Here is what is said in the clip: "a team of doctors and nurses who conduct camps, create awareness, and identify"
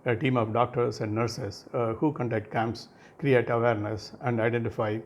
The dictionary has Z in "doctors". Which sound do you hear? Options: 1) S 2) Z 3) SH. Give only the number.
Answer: 1